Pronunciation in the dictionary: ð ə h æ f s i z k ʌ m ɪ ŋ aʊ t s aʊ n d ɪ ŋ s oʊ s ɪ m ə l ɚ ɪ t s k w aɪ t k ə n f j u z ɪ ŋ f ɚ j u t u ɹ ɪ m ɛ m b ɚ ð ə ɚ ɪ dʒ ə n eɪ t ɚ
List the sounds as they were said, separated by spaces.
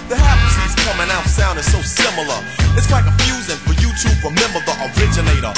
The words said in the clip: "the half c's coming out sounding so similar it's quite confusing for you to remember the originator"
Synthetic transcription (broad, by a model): ð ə h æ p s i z k ʌ m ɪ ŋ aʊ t s aʊ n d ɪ s oʊ s ɪ m l ɚ ɪ t s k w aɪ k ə f j u z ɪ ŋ f ɚ j u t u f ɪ m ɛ m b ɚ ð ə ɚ ɪ dʒ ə n eɪ t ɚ